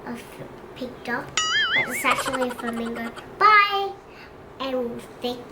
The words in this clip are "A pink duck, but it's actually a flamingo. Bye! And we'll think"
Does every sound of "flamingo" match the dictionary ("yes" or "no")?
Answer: no